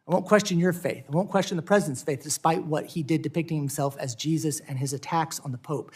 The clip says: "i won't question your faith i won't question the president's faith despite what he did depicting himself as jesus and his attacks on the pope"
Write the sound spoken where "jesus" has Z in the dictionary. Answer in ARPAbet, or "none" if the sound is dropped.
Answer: Z